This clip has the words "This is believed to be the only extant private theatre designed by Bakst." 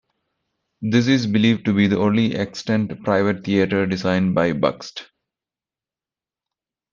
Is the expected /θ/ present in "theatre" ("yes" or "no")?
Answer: no